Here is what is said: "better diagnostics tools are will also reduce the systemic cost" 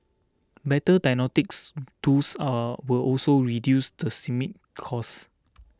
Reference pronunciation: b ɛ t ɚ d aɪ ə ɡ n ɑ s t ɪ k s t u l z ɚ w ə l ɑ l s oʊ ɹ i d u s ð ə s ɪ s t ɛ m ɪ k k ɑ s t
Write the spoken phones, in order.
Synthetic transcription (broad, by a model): b ɛ t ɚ d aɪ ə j n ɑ t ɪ k s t u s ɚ w ə l ɑ l s oʊ ɹ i d u s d ə s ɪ m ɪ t k ɑ s